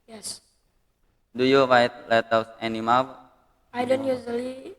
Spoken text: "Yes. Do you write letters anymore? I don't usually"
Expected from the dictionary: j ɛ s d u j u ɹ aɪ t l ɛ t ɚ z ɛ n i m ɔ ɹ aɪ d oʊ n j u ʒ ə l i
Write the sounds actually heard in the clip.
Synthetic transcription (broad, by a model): j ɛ s d u j u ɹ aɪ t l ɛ t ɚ s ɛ n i m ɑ l aɪ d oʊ n j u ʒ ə l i